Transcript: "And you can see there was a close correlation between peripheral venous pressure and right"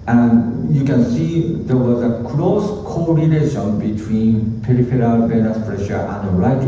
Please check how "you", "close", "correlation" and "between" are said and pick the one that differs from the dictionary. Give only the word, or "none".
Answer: correlation